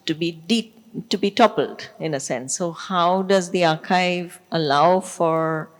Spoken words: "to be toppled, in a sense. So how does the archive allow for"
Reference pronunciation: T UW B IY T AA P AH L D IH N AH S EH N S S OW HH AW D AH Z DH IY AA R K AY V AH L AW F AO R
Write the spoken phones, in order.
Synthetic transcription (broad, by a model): T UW B IY T AA P AH L D IH N AH S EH N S S OW HH AW D AH Z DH IY AA R K AY V AH L AW F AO R